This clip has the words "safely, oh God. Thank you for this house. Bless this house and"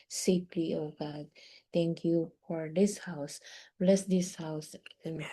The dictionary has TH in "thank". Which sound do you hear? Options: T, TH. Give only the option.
T